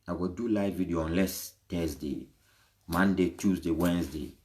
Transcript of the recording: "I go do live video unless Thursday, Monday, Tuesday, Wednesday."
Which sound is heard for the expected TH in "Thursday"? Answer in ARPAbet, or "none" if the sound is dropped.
T